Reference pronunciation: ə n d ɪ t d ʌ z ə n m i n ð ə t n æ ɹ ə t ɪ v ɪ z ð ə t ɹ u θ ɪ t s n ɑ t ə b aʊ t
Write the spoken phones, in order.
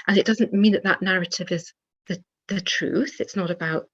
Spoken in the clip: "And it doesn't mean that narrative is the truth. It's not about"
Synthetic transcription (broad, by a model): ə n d ɪ t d ʌ z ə n m i n ð ə t n æ ɹ ə t ɪ v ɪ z ð ə t ɹ u θ ɪ t s n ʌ t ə b aʊ t